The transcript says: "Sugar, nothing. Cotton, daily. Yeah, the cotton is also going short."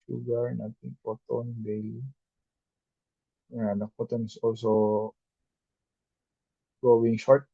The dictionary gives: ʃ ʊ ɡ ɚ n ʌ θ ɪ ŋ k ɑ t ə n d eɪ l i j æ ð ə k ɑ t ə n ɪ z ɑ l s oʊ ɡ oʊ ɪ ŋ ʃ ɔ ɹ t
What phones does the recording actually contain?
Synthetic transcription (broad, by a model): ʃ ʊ ɡ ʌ n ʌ t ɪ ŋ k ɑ t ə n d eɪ l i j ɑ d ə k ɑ t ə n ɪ s ɑ l s oʊ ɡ oʊ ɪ ŋ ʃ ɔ ɹ t